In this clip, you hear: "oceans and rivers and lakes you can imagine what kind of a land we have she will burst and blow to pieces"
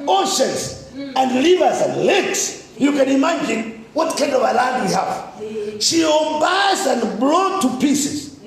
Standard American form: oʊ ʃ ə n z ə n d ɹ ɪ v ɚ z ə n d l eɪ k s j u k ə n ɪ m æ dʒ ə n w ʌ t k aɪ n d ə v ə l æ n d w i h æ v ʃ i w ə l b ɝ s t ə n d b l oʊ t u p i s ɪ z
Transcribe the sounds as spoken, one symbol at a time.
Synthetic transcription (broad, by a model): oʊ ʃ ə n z ə n d l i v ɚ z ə n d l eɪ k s j u k ə n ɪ m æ dʒ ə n w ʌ t k aɪ n d ə v ə l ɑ d w i h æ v ʃ i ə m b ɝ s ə n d b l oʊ t u p i s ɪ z